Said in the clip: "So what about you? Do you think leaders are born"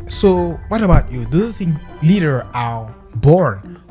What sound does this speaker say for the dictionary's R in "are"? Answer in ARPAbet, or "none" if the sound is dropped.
L